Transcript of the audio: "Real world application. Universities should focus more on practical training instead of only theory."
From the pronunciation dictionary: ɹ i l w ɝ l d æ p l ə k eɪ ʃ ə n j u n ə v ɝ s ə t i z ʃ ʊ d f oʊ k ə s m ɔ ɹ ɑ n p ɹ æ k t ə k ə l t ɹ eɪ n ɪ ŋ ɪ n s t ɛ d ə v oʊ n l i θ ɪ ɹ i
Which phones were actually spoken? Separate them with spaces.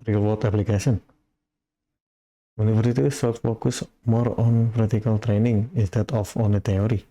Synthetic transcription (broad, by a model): ɹ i l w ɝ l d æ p l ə k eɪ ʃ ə n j u n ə f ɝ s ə t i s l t f oʊ k ə s m ɔ ɹ ɑ n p ɹ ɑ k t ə k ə l t ɹ eɪ n ɪ ŋ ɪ n s t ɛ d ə f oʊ n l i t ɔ ɹ i